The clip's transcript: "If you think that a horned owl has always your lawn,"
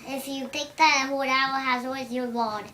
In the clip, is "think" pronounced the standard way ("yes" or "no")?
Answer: no